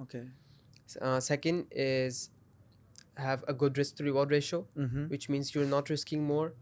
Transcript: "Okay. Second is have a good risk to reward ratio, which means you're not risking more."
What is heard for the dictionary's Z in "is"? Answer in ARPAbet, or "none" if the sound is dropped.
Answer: Z